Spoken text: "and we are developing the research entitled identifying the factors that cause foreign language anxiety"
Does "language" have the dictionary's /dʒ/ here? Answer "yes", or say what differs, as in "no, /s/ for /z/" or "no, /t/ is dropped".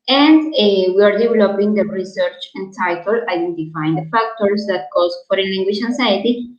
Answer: no, /ʃ/ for /dʒ/